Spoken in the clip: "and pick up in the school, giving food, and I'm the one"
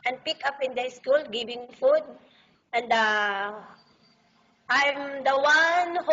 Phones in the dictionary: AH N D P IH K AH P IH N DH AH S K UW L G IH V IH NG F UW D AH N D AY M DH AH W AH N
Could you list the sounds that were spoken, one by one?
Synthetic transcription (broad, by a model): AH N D P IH K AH P IH N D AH S K UW L G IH B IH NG F UW D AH N D AY M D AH W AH N